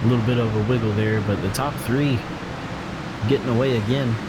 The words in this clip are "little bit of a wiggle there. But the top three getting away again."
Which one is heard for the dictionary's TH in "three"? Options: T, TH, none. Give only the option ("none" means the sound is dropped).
TH